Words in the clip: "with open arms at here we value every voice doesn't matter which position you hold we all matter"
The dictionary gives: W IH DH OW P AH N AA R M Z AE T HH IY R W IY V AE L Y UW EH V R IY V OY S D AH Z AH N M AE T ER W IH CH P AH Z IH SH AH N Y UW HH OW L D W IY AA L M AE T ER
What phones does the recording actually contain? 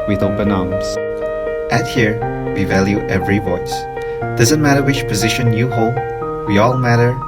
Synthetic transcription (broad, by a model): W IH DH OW B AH N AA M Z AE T HH IY R W IY V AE L Y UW EH V R IY V OY S D AH Z AH N M AE T ER W IH CH P AH Z IH SH AH N Y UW HH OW L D W IY AA L M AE T ER